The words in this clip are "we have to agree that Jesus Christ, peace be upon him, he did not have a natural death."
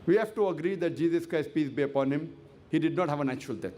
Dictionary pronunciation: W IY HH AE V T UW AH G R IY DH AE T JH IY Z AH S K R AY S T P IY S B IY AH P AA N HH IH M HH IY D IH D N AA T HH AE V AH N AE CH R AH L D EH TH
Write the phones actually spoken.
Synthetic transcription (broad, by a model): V IY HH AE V T UW AH G R IY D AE T JH IY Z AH S K R AY S T P IY S B IY AH P AA N HH IH M HH IY D IH D N AA T HH AE V AH N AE CH R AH L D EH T